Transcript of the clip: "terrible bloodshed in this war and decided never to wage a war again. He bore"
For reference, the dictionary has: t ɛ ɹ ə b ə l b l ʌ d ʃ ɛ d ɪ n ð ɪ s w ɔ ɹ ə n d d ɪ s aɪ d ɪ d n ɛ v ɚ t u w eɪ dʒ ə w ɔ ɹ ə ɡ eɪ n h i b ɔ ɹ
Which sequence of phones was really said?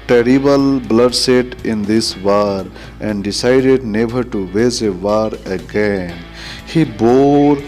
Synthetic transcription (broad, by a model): t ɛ ɹ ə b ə l b l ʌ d s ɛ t ɪ n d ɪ s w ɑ ɹ ə n d d ɪ s aɪ d ɪ d n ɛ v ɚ t u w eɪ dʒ ə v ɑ ɹ ə ɡ eɪ n h i b ɔ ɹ